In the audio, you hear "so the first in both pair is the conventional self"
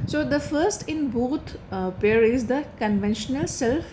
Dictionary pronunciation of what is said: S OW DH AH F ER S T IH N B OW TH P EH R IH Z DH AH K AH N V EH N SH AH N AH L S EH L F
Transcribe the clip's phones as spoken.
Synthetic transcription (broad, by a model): S OW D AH F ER S T IH N B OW T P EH R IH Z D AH K AH N V EH N SH AH N AH L S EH L F